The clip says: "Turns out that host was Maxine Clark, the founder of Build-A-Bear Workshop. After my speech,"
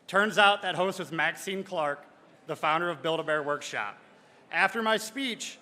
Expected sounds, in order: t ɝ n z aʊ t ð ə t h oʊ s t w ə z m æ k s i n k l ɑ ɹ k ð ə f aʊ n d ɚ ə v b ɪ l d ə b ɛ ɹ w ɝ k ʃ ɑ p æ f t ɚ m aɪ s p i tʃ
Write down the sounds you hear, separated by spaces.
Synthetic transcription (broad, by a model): t ɝ n z aʊ t ð ə t h oʊ s t w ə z m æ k s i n k l ɑ ɹ k ð ə f aʊ n d ɚ ə v b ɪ l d ə b ɛ ɹ w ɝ k ʃ ɑ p æ f t ɚ m aɪ s p i tʃ